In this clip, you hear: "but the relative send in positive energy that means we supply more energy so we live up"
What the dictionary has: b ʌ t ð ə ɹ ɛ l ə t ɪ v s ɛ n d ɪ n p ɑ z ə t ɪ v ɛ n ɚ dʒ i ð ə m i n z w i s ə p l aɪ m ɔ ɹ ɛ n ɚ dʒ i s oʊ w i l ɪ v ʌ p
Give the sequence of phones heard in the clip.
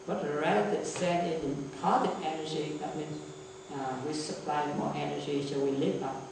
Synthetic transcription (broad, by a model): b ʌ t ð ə ɹ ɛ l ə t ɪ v s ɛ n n ɪ n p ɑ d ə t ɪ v ɛ n ɚ dʒ i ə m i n w i s ə p l aɪ m ɔ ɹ ɛ n ɚ dʒ i s oʊ w i l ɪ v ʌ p